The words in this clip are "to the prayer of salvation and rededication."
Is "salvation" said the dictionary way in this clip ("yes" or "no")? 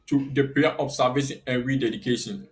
no